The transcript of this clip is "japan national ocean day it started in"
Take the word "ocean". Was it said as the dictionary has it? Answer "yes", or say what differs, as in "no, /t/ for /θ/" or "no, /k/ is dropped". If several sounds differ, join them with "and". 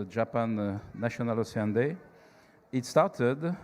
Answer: no, /s/ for /ʃ/